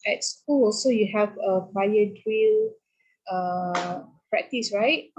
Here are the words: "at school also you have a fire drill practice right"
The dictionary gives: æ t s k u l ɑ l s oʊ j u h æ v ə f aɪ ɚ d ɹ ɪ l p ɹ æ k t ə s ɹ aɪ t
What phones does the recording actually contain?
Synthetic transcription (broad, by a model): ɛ t s k u l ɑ s oʊ j u h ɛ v ə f aɪ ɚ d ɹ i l p ɹ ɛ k t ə s ɹ aɪ t